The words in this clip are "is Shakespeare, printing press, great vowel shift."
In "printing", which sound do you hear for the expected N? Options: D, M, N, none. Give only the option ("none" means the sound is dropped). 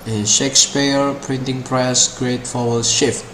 N